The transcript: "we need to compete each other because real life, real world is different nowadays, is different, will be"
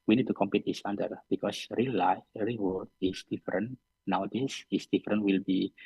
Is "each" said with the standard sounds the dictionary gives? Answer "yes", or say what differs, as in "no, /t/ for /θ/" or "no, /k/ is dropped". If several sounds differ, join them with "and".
no, /s/ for /tʃ/